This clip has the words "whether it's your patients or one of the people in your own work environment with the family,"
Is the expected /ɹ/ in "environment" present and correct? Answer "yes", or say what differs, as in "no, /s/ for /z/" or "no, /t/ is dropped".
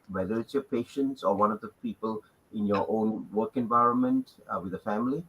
yes